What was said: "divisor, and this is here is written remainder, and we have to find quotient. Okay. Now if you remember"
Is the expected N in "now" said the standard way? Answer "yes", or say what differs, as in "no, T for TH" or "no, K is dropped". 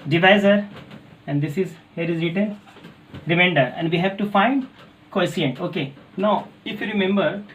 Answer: yes